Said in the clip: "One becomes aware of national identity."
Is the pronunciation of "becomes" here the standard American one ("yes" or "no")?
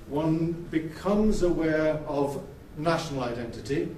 yes